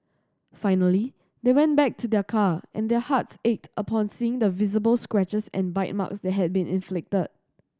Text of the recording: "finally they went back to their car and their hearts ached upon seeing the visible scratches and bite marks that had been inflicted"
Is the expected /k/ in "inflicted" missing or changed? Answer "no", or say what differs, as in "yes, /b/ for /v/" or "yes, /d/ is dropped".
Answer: no